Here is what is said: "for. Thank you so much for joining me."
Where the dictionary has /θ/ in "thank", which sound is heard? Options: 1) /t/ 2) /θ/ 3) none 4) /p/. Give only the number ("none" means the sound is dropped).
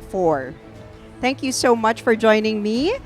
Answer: 2